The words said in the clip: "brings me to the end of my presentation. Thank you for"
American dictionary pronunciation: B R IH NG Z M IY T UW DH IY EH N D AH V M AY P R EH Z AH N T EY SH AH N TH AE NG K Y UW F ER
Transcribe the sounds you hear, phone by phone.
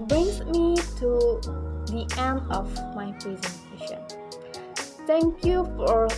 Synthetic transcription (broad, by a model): B R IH NG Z M IY T UW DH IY EH N D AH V M AY P R EH Z AH N T EY SH AH N T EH NG K Y UW F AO